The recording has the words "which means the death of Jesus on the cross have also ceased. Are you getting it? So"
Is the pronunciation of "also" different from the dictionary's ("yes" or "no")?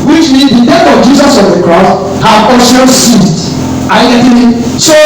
yes